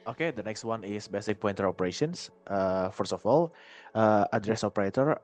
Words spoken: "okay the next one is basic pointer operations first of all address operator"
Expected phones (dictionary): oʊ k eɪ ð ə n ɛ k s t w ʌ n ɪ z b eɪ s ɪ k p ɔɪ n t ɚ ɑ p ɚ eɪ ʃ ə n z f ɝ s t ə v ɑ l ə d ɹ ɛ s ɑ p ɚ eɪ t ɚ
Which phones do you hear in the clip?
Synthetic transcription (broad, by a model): oʊ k eɪ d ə n ɛ k s t w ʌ n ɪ s b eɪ s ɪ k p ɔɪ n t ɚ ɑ p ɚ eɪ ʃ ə n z f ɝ s ə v ɑ l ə d ɹ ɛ s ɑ p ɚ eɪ t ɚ